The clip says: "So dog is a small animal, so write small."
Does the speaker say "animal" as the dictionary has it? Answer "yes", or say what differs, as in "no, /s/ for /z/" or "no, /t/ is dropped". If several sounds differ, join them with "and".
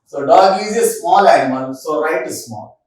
no, /n/ is dropped